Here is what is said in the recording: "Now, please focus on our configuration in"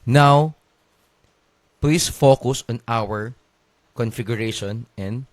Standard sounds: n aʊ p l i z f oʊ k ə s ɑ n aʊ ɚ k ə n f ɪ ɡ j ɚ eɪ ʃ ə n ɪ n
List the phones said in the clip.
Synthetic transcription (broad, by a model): n aʊ p l i s f oʊ k ə s ɑ n aʊ ɚ k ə n f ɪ ɡ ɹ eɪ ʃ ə n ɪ n